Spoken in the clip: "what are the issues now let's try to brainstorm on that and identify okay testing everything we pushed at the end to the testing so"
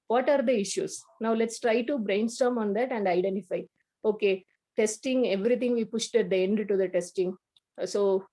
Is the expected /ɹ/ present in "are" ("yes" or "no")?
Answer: yes